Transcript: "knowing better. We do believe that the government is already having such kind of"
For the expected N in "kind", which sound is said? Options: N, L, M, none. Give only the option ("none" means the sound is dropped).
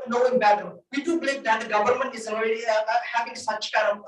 none